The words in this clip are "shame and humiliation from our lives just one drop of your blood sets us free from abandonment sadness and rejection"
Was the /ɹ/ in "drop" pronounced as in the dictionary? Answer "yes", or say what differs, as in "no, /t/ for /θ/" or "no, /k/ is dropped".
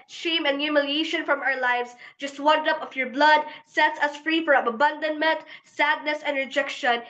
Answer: no, /ɹ/ is dropped